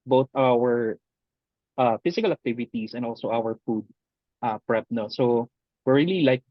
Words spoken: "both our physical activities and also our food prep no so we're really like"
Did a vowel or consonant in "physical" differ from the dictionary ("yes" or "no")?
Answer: yes